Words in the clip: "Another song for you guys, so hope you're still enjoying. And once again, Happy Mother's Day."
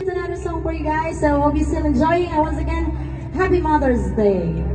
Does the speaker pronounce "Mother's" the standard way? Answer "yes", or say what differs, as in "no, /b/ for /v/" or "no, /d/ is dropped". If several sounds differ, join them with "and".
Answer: yes